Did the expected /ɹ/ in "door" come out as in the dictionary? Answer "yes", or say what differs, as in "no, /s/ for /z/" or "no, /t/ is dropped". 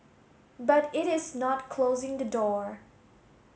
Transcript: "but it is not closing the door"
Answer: yes